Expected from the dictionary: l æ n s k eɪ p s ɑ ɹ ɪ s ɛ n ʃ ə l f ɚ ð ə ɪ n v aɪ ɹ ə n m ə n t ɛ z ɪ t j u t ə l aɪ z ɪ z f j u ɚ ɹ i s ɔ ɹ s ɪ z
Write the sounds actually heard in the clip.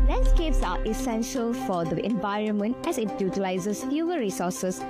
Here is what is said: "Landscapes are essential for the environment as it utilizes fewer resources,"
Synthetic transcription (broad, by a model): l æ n s k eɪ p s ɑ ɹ ɪ s ɛ n ʃ ə l f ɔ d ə ɪ n v aɪ ɹ ə n m ə n t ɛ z ɪ t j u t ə l aɪ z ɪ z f j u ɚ ɹ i s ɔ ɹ s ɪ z